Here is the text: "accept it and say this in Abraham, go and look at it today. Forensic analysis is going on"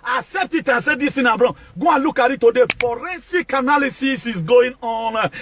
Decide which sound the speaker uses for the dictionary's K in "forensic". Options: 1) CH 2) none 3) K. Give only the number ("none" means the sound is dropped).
3